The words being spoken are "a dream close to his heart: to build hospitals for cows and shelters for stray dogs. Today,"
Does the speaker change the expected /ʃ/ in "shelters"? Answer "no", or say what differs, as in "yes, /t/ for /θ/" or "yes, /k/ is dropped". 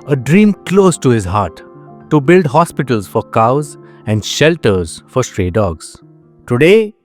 no